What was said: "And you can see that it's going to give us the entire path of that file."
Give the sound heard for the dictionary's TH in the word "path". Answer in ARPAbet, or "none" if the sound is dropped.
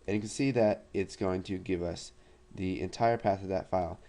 TH